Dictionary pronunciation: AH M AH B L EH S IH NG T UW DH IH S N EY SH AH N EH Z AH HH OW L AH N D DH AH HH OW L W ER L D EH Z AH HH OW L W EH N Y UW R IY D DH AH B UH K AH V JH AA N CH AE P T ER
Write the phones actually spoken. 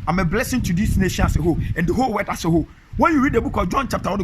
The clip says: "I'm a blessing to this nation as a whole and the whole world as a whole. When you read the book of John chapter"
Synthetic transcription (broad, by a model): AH M AH B L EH S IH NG T UW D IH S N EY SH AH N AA S AH HH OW AH N D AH HH OW L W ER D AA S AH HH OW W EH N Y UW R IY D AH B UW K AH JH AA N CH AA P T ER